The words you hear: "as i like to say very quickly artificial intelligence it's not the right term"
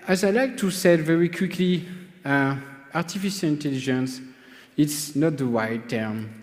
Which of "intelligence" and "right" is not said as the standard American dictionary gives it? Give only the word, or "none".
right